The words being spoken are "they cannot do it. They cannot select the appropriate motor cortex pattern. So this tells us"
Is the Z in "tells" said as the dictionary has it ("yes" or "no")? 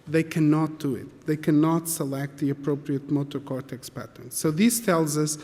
yes